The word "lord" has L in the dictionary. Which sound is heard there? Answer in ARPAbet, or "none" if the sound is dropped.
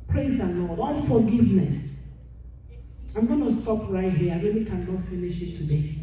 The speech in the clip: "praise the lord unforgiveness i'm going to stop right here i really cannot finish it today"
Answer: N